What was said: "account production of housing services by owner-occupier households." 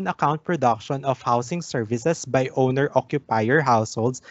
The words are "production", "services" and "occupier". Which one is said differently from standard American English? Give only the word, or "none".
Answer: services